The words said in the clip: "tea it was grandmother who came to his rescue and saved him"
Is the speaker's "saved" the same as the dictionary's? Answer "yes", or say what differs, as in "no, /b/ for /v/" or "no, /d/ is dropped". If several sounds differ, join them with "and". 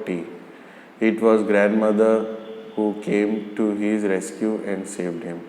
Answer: yes